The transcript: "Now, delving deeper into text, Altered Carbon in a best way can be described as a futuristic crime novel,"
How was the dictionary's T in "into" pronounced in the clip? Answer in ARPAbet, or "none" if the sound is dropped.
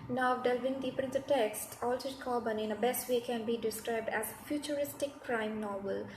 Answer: S